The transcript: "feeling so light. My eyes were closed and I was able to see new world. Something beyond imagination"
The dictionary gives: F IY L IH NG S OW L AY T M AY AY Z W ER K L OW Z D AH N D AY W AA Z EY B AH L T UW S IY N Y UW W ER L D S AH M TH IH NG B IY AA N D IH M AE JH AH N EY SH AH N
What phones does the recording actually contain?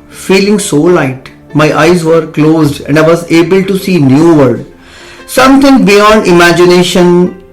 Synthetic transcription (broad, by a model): F IY L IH NG S OW L AY T M AY AY Z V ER K L OW Z D AH N D AY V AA Z EY B AH L T UW S IY N Y UW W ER D S AH M T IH NG B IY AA N D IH M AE JH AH N EY SH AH N